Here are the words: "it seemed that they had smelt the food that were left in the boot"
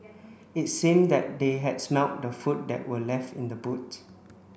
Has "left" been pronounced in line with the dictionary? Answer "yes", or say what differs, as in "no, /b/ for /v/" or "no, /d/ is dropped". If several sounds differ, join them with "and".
yes